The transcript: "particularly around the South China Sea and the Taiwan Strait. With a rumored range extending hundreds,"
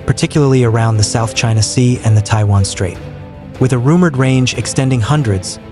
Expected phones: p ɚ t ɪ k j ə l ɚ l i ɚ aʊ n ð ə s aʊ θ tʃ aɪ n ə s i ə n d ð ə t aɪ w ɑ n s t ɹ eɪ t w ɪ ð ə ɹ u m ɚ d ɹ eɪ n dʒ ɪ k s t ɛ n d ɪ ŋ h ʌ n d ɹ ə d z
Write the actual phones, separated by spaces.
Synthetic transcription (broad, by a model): p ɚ t ɪ k j l ɚ l i ɚ aʊ n ð ə s aʊ θ tʃ aɪ n ə s i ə n ð ə t aɪ w ɑ n s t ɹ eɪ t w ɪ ð ə ɹ u m ɚ d ɹ eɪ n dʒ ɪ k s t ɛ n d ɪ ŋ h ʌ n d ɹ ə d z